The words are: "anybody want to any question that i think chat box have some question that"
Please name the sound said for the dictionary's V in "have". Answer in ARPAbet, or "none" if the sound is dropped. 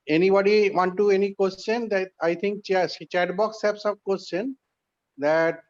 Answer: P